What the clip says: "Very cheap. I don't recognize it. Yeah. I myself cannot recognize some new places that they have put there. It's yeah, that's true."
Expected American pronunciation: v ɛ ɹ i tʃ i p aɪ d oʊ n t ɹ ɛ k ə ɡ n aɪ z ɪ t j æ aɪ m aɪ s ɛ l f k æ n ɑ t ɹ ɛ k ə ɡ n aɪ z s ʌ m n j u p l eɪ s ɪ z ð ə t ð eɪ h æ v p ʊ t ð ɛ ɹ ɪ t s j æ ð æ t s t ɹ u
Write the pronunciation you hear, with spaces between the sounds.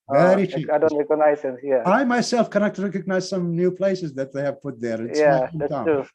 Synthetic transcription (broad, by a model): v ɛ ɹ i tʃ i aɪ d oʊ n t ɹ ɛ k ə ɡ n aɪ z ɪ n j æ aɪ m aɪ s ɛ l f k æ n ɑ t ɹ ɛ k ə ɡ n aɪ z s ʌ m n j u p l eɪ s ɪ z ð ə t ð eɪ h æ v p ʊ t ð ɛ ɹ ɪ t j æ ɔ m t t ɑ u